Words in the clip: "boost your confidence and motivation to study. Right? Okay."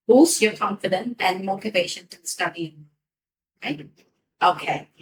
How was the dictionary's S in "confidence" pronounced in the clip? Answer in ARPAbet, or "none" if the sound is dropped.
none